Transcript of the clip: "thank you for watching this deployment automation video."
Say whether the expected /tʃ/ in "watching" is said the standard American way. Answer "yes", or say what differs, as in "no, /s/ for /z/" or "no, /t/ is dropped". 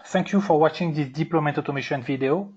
yes